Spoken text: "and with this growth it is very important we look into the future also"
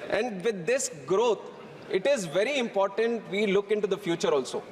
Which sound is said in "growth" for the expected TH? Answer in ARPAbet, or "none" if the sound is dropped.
T